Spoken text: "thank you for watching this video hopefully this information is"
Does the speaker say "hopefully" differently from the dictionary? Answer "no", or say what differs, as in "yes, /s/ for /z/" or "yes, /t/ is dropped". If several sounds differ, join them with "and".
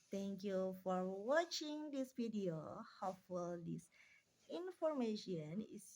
yes, /p/ is dropped